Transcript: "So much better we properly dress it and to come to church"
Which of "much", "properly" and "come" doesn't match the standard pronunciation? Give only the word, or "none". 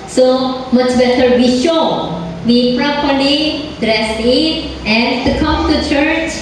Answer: properly